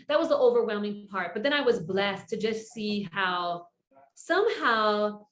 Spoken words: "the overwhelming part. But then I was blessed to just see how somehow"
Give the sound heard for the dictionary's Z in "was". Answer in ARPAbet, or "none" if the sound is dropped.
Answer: Z